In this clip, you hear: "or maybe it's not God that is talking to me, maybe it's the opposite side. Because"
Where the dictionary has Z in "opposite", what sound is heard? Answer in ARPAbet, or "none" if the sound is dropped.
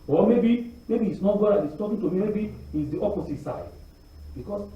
S